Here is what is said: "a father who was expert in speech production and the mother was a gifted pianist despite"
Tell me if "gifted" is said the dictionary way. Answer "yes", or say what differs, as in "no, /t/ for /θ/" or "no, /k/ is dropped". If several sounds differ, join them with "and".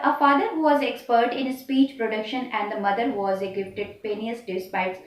no, /p/ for /f/